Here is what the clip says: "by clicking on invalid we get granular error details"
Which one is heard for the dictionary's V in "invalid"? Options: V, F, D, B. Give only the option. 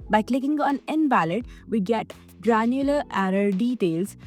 B